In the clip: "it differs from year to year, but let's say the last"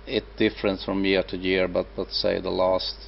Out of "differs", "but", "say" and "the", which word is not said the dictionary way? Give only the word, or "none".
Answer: differs